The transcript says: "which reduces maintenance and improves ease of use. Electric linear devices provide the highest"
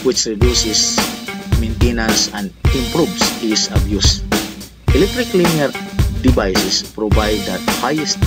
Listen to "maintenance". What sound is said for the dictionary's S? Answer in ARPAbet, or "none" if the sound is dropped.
S